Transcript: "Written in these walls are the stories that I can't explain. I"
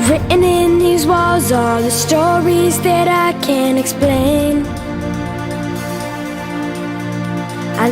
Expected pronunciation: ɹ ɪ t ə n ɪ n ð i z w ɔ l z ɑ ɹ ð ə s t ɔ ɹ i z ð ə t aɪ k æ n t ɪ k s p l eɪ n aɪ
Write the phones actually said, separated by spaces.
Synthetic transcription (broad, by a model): ɹ ɪ t n ɪ n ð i z w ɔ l z ɑ l ð ə s t ɔ ɹ i z ð ə t aɪ k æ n ɪ k s p l eɪ n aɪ